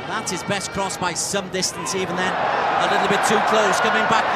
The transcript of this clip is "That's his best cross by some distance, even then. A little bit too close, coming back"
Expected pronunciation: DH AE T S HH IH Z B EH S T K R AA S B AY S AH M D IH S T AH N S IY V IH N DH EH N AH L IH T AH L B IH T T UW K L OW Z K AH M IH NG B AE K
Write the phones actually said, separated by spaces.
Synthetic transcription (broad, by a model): DH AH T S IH Z B EH S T K R AA S B AY S AH M D IH S T AH N S IY V IH N DH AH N AH L IH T L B IH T T UW K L OW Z K AH M IH NG B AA K